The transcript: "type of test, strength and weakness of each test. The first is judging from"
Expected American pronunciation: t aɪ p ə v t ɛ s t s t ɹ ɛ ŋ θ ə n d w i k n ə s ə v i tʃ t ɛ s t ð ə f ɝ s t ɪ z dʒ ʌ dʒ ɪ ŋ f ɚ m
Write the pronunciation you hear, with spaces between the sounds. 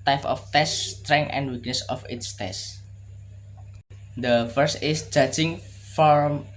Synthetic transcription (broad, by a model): t aɪ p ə f t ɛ s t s t ɹ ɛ ŋ ə n d w i k n ə s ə f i s t ɛ s t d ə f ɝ s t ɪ s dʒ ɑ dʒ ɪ ŋ f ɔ m